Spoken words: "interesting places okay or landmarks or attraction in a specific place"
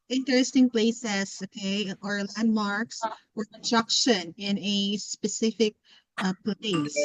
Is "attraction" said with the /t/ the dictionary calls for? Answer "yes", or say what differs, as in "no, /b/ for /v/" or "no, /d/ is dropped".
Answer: no, /s/ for /t/